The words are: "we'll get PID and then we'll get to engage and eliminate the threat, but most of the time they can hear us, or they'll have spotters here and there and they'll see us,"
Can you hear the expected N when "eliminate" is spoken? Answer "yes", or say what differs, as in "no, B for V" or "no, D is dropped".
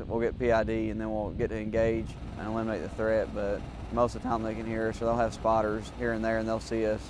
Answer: no, N is dropped